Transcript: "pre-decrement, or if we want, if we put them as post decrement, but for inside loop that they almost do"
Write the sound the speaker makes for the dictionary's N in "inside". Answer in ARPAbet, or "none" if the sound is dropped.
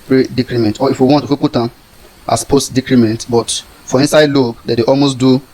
N